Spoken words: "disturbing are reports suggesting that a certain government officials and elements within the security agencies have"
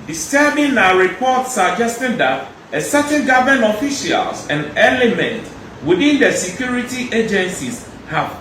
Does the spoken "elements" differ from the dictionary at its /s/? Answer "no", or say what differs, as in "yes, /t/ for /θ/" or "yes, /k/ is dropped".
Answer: yes, /s/ is dropped